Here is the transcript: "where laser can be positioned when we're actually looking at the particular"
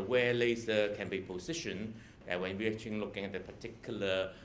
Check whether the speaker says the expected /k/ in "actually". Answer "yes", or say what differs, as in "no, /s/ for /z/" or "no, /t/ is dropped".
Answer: no, /k/ is dropped